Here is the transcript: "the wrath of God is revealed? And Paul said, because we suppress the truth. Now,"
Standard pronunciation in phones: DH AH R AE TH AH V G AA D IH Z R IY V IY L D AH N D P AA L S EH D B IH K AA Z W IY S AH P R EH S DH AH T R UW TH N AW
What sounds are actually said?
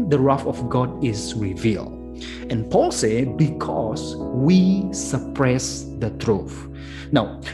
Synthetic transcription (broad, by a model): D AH R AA F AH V G AA D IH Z R IY V IY L D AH N P AA L S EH B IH K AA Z W IY S AH P R EH S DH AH T R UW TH N AW